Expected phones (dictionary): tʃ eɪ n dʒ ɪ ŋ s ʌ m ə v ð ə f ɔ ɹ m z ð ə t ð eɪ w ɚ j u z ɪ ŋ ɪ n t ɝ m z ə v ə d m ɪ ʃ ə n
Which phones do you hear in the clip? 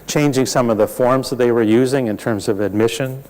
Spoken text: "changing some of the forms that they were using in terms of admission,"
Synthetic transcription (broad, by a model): tʃ eɪ n dʒ ɪ ŋ s ʌ m ə v ð ə f ɔ ɹ m z ð ə t ð eɪ w ɚ j u z ɪ ŋ ɪ n t ɝ m z ə v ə d m ɪ ʃ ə n